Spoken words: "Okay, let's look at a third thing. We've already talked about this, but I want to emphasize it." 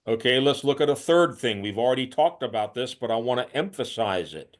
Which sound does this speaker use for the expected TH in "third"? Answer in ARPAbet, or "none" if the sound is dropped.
TH